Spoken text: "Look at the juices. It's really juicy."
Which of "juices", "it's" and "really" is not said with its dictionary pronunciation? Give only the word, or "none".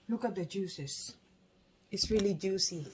juices